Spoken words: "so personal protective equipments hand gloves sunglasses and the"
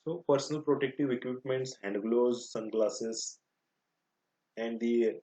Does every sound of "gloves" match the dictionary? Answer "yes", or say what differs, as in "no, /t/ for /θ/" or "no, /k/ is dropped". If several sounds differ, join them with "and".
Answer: no, /v/ is dropped